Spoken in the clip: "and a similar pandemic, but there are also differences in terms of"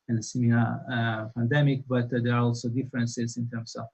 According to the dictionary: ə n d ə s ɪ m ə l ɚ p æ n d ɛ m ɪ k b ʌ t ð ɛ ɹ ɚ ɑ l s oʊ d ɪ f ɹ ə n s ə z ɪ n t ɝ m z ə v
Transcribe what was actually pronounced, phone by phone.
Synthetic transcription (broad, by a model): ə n s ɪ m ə ɚ p æ n d ɛ m ɪ k b ʌ t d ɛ ɹ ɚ ɑ l s oʊ d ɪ f ɹ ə n s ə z ɪ n t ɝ m s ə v